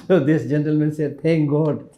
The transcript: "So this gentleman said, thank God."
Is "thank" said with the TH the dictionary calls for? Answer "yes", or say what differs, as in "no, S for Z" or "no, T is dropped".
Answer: no, T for TH